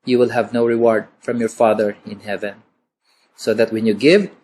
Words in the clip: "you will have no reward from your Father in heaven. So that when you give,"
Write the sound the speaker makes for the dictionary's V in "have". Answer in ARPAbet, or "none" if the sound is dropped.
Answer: V